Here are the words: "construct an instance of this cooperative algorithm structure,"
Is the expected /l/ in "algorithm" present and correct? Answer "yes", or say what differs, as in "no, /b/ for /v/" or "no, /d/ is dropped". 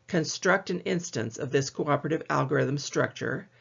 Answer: yes